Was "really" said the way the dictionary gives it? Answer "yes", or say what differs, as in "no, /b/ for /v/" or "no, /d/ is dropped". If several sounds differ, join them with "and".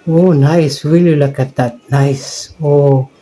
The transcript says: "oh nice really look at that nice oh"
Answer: no, /w/ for /ɹ/